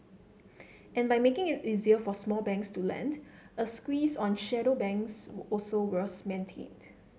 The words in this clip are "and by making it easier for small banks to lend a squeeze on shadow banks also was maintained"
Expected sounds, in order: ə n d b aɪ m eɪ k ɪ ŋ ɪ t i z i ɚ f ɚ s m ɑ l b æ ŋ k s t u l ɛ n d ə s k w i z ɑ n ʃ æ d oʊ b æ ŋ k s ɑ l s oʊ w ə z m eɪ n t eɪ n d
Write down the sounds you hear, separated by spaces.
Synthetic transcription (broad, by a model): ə n b aɪ m eɪ k ɪ ŋ ɪ t i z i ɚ f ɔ s m ɑ l b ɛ ŋ k s t u l ɛ n d ə s k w i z ɑ n ʃ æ d oʊ b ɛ ŋ k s ɑ l s oʊ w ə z m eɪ n t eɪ n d